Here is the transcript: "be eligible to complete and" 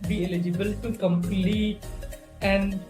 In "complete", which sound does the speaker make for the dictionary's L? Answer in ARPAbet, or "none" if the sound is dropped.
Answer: L